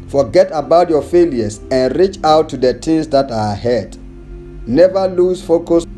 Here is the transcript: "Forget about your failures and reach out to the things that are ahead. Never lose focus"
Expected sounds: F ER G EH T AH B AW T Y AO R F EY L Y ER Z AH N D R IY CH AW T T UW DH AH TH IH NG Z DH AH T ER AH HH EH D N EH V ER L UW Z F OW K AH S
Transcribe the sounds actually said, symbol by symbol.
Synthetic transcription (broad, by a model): F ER G EH T AH B AW T Y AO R F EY L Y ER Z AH N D R IY CH AW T T UW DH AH T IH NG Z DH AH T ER AH HH EH D N EH V ER L UW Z F OW K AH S